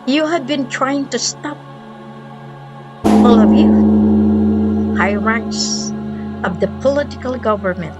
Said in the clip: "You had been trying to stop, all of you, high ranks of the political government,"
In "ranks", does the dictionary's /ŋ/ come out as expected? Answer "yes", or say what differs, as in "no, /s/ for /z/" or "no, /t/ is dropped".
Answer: no, /ŋ/ is dropped